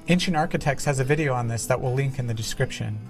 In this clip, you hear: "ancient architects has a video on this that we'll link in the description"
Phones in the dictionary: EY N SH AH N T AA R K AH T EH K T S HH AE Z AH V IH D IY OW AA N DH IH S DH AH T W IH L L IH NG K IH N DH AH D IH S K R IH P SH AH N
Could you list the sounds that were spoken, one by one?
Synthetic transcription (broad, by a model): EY N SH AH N AA R K AH T EH K T S HH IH Z AH V IH D IY OW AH N DH IH S DH AH T W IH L L IH NG K IH N DH AH D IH S K R IH P SH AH N